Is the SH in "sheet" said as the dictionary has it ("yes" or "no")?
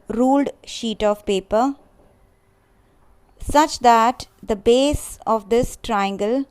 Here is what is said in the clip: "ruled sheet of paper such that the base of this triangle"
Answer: yes